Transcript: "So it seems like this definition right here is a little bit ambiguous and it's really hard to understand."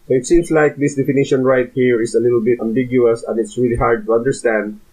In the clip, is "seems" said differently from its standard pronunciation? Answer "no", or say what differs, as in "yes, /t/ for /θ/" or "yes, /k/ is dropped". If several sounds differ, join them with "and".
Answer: yes, /s/ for /z/